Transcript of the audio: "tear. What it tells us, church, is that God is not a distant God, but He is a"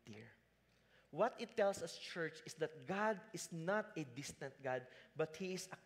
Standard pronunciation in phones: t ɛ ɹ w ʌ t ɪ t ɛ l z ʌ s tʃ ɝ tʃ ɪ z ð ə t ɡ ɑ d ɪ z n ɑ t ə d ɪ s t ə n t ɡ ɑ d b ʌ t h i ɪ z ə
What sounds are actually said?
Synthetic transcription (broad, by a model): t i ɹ w ʌ t ɪ t ɛ l s ʌ s tʃ ɝ tʃ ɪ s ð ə t ɡ ɑ d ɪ s n ɑ t ə d ɪ s t ə n t ɡ ɑ d b ʌ t h i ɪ s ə